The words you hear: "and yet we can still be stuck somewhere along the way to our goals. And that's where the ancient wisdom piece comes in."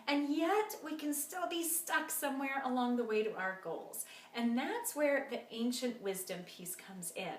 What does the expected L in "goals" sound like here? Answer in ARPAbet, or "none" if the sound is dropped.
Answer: L